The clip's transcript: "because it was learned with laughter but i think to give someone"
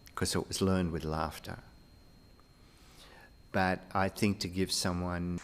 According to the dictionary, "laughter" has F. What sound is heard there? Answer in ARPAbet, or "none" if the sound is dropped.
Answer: F